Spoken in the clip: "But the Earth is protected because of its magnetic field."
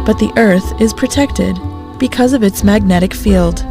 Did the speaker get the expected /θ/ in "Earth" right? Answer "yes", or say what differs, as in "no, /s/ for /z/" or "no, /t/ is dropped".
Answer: yes